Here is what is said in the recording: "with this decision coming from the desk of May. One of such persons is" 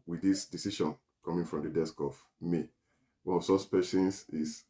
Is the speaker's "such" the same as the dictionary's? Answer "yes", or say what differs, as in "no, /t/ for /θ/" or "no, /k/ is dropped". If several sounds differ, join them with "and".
no, /s/ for /tʃ/